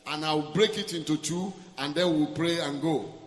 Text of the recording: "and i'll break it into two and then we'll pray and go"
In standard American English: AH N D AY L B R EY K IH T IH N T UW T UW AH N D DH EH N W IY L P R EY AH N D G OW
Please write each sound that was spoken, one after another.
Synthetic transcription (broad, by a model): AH N AY W B R EY K IH T IH N T UW T UW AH N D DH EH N W IY L P R EY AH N G OW